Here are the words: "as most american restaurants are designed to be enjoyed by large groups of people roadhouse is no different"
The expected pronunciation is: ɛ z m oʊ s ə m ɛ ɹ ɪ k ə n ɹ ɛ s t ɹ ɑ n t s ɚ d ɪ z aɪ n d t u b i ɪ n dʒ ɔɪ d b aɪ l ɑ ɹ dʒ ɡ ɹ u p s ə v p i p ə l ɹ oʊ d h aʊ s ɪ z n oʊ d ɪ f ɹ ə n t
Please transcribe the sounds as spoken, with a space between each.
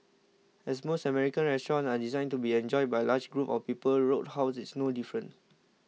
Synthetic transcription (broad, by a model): ɛ s m oʊ s ə m ɛ ɹ ɪ k ə n ɹ ɛ s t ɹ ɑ n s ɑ d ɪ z aɪ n t u b i ɪ n dʒ ɔɪ d b aɪ l ɑ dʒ ɡ ɹ u p ə f p i p ə l ɹ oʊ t h aʊ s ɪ s n oʊ d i f ɹ ə n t